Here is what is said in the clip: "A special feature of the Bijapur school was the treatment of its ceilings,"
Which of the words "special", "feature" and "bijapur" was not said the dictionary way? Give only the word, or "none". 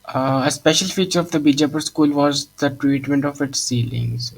none